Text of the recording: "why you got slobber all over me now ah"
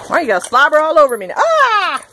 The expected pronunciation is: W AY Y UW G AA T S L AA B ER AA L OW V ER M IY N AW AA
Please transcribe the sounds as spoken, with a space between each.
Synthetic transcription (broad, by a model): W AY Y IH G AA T S L AA B ER AA L OW V ER M IY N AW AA